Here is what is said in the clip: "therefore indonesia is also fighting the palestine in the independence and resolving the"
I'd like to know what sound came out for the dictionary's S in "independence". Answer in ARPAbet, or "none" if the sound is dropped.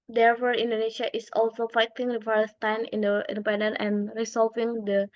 none